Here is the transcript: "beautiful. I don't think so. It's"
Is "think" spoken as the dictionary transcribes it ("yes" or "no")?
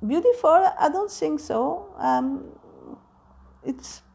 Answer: no